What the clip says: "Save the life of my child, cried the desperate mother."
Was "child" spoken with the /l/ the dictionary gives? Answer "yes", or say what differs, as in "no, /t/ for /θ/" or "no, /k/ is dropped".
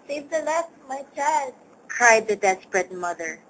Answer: yes